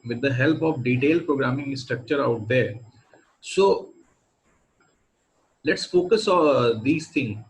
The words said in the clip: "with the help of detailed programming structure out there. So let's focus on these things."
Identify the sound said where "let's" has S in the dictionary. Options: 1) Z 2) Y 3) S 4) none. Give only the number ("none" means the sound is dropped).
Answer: 3